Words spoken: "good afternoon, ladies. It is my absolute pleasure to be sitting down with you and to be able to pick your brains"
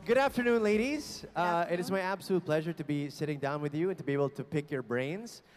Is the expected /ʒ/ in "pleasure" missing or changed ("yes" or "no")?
no